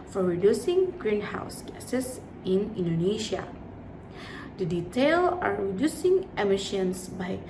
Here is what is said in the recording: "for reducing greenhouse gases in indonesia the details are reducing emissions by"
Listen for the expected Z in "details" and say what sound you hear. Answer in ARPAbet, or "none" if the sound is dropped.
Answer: none